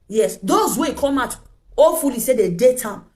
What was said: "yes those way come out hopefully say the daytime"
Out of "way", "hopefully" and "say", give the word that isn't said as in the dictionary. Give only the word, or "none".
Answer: hopefully